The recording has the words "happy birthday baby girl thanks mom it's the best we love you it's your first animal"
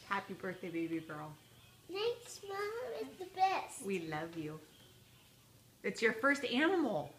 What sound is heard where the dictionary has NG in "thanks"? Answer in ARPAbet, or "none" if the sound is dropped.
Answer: none